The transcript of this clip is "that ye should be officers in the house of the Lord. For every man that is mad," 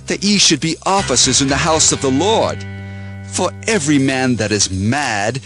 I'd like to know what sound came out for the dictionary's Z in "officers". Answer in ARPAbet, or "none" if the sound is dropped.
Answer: Z